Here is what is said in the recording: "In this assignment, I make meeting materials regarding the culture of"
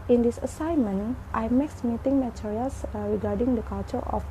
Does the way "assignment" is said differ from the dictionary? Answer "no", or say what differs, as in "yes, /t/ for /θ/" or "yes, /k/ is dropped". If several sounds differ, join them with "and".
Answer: no